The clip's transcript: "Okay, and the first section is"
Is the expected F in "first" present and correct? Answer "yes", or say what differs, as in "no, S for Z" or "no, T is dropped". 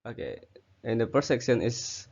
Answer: no, P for F